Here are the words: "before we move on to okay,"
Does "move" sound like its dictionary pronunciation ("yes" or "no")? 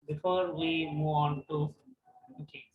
no